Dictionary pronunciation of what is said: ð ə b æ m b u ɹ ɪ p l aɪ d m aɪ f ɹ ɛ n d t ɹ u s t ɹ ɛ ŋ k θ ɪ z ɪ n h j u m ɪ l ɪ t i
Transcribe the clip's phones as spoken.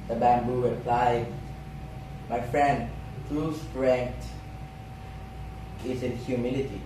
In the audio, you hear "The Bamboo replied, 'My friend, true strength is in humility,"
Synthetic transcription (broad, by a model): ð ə b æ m b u ɹ ɪ p l aɪ d m aɪ f ɹ ɛ n d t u s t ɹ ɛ ŋ k t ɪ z ɪ n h j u m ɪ l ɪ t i